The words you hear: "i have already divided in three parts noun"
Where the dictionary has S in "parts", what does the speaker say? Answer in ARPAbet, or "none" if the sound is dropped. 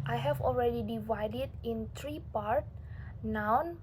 none